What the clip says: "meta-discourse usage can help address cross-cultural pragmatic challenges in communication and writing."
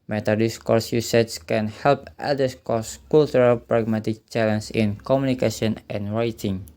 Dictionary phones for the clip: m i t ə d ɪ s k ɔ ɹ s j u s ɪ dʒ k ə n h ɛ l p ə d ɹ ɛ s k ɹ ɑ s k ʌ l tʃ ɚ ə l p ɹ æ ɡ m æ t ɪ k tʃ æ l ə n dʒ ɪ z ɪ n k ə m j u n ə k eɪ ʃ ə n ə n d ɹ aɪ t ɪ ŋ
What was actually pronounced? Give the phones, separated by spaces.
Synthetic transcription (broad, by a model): m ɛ t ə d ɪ s k ɔ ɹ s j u s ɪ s k ə n h ɛ l p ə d ʌ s k ɑ s k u l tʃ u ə l p ɹ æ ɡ m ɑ t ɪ k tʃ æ l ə n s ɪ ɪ n k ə m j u n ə k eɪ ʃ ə n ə n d ɹ aɪ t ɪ ŋ